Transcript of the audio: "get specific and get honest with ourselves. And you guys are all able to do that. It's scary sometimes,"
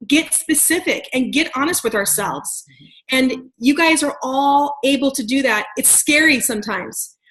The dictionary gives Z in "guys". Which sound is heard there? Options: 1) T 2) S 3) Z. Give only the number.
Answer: 3